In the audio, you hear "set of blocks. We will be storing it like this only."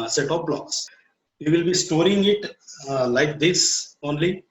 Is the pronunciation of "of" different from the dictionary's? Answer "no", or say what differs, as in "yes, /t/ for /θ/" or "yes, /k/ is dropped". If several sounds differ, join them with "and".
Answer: yes, /p/ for /v/